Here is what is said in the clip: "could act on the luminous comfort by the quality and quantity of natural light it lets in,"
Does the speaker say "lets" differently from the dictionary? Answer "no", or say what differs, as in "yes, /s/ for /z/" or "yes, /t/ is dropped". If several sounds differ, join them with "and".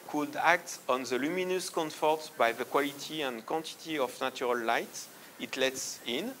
no